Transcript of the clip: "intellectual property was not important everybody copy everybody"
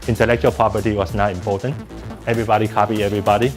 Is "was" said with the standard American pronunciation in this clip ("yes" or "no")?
no